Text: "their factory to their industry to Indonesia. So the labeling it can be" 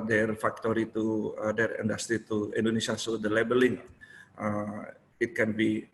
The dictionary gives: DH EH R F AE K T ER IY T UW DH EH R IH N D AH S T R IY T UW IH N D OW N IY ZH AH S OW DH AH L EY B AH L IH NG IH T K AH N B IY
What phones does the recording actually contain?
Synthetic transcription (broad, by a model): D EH R F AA K T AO IY T UW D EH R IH N D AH S T R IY T UW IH N D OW N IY S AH S OW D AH L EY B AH L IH NG IH T K AH N B IY